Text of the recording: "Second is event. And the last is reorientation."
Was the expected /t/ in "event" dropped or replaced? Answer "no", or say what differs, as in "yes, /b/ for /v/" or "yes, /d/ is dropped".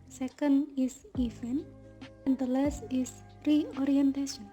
yes, /t/ is dropped